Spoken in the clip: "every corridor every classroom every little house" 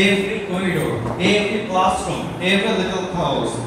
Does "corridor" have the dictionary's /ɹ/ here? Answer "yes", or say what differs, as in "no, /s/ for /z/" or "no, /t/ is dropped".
no, /ɹ/ is dropped